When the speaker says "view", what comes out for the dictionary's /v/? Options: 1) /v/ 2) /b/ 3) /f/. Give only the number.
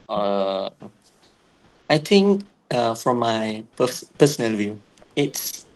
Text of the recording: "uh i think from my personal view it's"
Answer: 1